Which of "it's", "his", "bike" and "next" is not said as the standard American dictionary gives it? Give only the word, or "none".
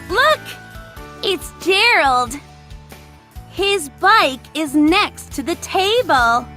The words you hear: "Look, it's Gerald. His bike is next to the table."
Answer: none